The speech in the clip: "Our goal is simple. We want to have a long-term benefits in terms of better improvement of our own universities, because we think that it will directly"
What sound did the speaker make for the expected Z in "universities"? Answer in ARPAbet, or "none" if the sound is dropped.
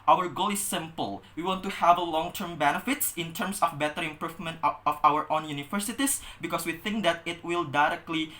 S